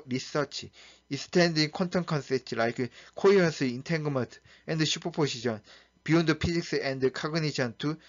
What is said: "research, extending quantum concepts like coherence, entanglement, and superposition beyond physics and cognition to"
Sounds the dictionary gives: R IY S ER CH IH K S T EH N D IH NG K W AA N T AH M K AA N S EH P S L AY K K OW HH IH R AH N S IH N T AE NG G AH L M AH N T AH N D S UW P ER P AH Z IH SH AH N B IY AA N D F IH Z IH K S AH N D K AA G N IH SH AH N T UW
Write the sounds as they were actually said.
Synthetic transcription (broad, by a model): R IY S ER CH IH S T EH N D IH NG K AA N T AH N K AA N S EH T L AY K K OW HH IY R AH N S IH N T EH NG G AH M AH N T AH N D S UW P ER P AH S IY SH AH N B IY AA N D P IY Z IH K S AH N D K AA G N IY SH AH N T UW